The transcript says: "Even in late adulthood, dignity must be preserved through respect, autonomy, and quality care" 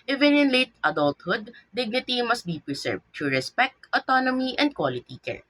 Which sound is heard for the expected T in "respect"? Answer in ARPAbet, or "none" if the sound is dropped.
T